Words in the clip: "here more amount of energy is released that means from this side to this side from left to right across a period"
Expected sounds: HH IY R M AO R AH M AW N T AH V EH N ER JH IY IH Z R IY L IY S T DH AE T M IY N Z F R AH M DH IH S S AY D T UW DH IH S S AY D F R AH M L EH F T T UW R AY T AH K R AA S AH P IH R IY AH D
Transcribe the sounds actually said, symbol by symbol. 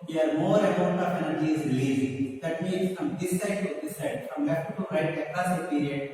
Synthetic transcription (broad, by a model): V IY R M AO R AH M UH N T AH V EH N ER JH IY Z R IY L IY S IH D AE T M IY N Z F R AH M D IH S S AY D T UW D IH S S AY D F R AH M L EH F T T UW R AY T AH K AA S AH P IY R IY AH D